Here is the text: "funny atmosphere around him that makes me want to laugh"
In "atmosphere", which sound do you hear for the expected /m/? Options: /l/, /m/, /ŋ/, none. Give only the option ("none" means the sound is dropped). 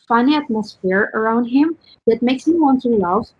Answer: /m/